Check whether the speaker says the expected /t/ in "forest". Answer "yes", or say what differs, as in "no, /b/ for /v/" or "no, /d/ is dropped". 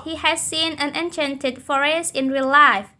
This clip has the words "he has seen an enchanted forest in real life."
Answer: no, /t/ is dropped